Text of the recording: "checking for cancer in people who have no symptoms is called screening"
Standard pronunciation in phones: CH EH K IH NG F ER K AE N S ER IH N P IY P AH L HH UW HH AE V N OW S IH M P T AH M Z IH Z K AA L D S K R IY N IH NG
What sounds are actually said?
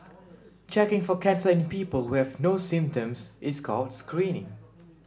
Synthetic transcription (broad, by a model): CH EH K IH NG F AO K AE N S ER IH N P IY P AH L HH UW HH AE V N OW S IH M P T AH M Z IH S K AA L D S K R IY N IH NG